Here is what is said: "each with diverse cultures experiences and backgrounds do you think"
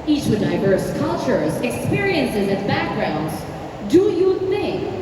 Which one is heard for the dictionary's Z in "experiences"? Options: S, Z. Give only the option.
Z